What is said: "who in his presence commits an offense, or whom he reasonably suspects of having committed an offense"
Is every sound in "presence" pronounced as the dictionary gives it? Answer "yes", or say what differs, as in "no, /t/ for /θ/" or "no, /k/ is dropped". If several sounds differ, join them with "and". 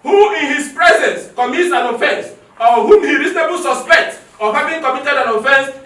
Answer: yes